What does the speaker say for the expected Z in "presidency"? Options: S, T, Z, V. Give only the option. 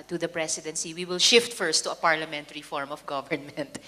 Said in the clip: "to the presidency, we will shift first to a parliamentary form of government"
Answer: S